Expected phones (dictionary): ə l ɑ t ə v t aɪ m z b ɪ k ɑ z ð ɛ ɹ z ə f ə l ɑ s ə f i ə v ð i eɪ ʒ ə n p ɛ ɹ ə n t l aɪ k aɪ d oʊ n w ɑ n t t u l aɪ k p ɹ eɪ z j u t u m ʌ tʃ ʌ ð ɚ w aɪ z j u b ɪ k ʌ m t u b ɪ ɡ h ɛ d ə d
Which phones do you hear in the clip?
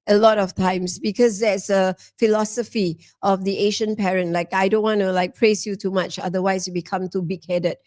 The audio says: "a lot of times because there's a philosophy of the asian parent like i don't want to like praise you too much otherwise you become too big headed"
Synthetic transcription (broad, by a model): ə l ɑ t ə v t aɪ m s b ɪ k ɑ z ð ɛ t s ə f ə l ɑ s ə f i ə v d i eɪ ʃ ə n p ɛ ɹ ə n t l aɪ k aɪ d oʊ n w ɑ n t t u l aɪ k p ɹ eɪ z j u t u m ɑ tʃ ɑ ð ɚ w aɪ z j u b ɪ k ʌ m t u b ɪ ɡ h ɛ d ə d